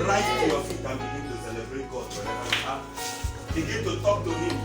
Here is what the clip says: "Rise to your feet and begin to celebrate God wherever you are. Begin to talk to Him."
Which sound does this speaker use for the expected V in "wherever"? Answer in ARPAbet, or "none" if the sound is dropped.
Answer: none